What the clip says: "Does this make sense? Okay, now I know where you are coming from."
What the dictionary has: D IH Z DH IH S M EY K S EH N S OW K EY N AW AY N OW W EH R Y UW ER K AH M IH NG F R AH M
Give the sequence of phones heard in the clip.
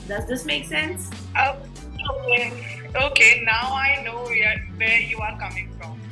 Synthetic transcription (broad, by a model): D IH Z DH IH S M EY K S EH N S OW K EY N AW AY N OW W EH W Y UW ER K AH M IH NG F R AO M